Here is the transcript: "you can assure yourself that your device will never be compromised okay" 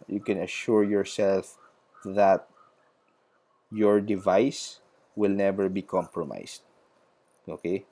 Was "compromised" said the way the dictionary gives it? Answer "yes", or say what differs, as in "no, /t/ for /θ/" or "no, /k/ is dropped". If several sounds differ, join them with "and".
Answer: no, /s/ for /z/